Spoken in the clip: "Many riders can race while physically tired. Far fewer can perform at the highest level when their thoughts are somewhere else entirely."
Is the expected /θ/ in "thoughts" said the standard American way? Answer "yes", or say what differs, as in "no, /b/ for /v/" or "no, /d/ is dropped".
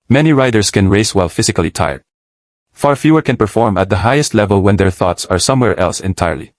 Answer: yes